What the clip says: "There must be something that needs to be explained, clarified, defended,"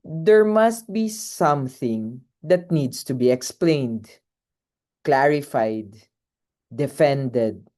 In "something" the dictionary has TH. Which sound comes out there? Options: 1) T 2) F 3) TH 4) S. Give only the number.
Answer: 3